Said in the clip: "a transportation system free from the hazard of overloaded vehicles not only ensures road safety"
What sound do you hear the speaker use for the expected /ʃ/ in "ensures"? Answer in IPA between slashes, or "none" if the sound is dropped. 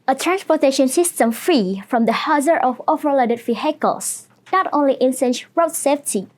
/s/